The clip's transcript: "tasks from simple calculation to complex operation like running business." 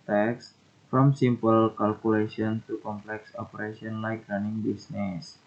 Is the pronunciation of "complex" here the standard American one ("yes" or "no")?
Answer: yes